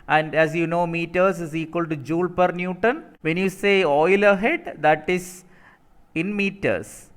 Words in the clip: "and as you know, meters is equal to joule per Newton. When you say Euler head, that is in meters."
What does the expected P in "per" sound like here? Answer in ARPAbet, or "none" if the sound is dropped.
P